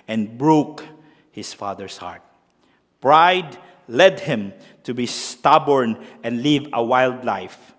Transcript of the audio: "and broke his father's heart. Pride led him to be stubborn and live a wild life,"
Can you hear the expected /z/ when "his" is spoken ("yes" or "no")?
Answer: no